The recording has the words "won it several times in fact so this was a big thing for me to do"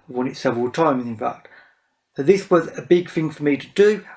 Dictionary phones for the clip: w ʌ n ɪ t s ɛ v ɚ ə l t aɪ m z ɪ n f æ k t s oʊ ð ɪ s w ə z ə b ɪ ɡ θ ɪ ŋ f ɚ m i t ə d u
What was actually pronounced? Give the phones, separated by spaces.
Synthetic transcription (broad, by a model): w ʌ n ɪ t s ɛ v ɚ ə l t aɪ m z ɪ n f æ k t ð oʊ ð ɪ s w ə z ə b ɪ ɡ θ ɪ ŋ f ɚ m i t ə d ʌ